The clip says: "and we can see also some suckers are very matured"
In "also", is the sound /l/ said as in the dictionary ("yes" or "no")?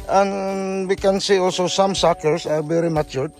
yes